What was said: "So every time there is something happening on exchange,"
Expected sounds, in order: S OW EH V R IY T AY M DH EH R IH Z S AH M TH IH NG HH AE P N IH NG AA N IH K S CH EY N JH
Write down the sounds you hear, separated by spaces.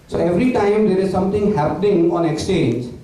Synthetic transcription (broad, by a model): S OW EH V R IY T AY M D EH R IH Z S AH M T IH NG HH AE P N IH NG AA N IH K S CH EY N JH